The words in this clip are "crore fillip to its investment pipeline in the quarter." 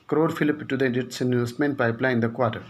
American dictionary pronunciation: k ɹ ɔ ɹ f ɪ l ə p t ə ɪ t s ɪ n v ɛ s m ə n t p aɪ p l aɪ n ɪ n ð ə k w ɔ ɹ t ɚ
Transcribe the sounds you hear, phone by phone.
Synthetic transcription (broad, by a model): k ɹ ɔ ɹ f ɪ l ə p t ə ɪ t s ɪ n u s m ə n p aɪ p l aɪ ɪ n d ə k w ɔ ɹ t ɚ